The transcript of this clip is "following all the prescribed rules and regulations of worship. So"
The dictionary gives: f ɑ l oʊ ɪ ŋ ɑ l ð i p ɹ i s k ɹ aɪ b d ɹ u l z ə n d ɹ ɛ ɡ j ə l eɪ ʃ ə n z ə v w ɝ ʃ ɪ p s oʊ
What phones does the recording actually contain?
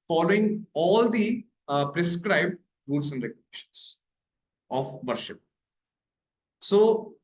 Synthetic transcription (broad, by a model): f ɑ l oʊ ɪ ŋ ɑ l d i p ɹ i s k ɹ aɪ b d ɹ u l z ə n d ɹ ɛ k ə n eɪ ʃ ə n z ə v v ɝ ʃ ɪ p s oʊ